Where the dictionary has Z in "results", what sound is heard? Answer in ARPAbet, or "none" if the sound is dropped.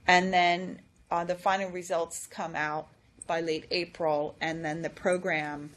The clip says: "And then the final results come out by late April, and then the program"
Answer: Z